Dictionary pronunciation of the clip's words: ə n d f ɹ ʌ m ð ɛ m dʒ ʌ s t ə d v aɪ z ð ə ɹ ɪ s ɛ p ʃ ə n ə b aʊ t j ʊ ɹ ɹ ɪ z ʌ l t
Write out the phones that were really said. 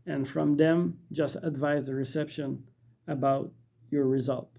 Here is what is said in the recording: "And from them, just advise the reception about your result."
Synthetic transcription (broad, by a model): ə n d f ɹ ʌ m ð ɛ m dʒ ʌ s t ə d v aɪ z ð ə ɹ ɪ s ɛ p ʃ ə n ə b aʊ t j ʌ ɹ ɹ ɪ z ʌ l t